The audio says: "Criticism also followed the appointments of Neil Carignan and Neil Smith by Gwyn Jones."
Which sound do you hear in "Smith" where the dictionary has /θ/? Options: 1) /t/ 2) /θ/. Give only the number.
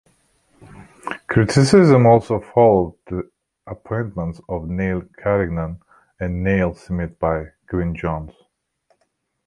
1